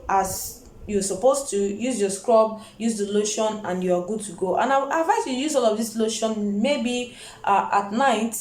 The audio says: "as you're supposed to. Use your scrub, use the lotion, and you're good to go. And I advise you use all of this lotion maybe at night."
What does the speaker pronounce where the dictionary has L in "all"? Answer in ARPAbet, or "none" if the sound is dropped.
L